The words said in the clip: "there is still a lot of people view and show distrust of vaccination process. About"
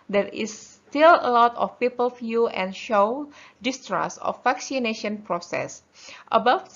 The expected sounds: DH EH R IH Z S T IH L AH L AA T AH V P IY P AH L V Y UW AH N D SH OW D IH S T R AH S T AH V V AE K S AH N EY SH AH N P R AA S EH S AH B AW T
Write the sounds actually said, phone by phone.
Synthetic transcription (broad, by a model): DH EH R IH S T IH L AH L AA T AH F P IY P AH L F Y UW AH N SH OW D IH S T R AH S AH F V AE K S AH N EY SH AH N P R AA S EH S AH B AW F